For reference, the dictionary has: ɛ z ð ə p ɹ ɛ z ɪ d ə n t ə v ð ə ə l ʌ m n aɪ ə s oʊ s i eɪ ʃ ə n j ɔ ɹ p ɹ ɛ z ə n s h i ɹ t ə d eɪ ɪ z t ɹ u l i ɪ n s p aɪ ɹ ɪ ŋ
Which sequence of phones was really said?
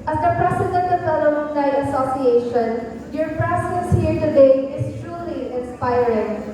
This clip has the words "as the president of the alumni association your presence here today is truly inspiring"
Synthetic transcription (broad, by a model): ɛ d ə p ɹ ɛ s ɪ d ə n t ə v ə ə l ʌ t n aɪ ə s oʊ s i eɪ ʃ ə n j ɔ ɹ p ɹ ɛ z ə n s h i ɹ t ə d eɪ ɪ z t ɹ u l i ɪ n s p aɪ ɹ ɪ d